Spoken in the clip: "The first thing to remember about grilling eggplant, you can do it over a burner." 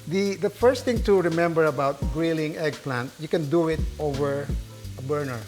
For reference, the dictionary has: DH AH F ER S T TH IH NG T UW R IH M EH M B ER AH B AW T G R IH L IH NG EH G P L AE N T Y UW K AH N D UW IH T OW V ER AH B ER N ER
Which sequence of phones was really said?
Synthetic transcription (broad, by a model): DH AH F ER S T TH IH NG T UW R IH M EH M B ER AH B AW T G R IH L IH NG EH G P L AE N T Y UW K AH N D UW IH T OW V ER AH B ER N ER